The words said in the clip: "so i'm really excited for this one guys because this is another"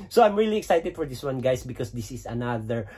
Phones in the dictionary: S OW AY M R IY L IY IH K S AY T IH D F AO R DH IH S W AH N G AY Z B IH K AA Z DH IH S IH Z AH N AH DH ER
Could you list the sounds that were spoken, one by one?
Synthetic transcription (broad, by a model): S OW AY M R IY L IY IH K S AY T IH D F AO R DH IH S W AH N G AY S B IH K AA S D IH S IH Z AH N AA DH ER